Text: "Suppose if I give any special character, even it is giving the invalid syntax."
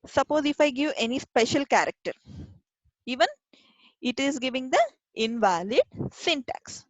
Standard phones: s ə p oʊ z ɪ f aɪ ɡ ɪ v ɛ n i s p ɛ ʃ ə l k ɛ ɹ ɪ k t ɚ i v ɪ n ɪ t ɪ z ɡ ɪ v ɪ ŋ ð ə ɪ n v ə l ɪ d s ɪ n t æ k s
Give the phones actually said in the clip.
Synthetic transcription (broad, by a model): s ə p oʊ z ɪ f aɪ ɡ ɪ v ɛ n i s p ɛ ʃ ə l k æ ɹ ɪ k t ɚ i v ɪ n ɪ t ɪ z ɡ ɪ v ɪ ŋ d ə ɪ n v ə l ɪ d s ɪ n t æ k s